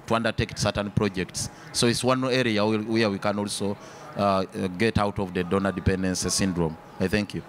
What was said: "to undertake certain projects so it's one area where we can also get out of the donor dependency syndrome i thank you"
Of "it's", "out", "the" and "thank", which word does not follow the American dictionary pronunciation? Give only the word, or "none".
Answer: none